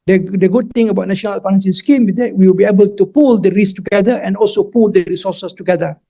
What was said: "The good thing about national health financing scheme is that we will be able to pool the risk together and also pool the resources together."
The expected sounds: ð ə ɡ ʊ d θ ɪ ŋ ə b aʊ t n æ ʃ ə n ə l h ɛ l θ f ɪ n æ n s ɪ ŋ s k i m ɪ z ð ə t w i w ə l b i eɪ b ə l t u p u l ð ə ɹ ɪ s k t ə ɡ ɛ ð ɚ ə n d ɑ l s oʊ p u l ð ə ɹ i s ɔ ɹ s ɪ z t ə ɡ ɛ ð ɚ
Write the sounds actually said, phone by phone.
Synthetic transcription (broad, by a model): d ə ɡ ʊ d t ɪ ŋ ə b aʊ t n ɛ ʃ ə n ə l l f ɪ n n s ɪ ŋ s k i m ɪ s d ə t w i w ə l b i eɪ b ə l t u p u l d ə ɹ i s t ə ɡ ɛ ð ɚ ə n ɑ l s oʊ p u l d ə ɹ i s ɔ s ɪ s t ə ɡ ɛ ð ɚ